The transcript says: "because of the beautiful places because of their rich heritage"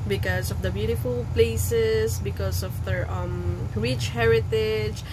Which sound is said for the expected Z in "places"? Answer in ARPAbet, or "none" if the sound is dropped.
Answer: S